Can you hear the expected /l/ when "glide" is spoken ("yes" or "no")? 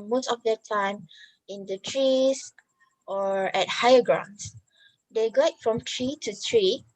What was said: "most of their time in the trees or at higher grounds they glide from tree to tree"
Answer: no